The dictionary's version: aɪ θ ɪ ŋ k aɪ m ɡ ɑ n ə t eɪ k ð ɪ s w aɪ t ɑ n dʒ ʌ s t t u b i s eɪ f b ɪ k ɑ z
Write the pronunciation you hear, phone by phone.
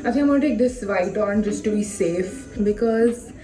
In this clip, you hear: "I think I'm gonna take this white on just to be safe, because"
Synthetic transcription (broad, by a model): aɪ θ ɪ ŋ aɪ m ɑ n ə t eɪ k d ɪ s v aɪ t ɑ n dʒ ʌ s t t u b i s eɪ f b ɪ k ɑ z